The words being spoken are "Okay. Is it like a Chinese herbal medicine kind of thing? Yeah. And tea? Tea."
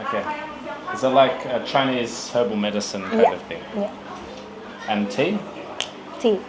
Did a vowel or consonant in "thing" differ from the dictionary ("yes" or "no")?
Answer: no